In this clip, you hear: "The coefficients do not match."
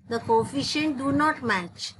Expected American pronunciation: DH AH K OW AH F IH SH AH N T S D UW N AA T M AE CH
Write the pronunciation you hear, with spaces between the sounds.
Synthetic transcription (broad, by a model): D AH K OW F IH SH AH N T D UW N AA T M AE CH